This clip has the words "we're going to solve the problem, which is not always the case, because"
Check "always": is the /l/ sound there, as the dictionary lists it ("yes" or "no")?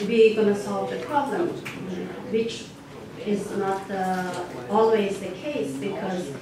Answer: yes